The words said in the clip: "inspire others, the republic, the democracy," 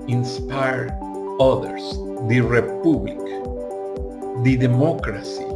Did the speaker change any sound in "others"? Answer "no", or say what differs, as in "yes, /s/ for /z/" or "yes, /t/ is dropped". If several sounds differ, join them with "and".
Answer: yes, /s/ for /z/